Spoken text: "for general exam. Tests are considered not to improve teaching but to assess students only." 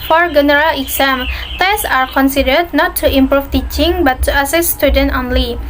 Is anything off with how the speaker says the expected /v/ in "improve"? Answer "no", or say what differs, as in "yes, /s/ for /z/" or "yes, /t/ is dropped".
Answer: yes, /f/ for /v/